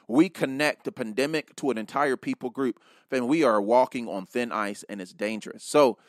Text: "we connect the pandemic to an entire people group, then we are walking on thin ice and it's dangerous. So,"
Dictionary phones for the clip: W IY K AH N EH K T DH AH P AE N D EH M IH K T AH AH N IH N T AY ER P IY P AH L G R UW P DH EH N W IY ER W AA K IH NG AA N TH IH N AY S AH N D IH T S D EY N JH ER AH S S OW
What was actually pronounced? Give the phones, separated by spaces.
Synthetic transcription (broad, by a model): W IY K AH N EH K T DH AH P AE N D EH M IH K T AH AH N IH N T AY ER P IY P L G R UW P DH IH N W IY ER W AA K IH NG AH N TH IH N AY S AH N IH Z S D EY N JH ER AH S S OW